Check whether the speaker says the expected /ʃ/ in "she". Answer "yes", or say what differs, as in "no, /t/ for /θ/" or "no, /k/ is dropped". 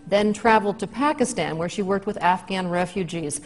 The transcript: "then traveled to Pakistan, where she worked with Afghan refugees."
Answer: yes